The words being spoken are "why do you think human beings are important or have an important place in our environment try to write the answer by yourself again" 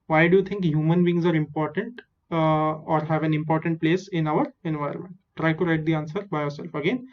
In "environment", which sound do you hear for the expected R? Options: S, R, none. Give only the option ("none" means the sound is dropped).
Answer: none